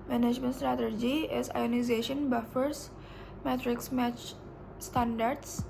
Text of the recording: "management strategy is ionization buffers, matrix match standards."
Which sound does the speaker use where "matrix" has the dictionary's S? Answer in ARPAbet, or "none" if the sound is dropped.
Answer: S